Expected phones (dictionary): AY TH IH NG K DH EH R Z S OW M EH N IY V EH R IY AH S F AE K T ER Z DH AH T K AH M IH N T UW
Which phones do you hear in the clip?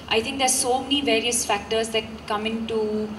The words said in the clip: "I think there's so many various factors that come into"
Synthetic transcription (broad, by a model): AY T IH NG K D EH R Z S OW M EH N IY V EH R IY AH S F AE K T ER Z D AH T K AH M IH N T UW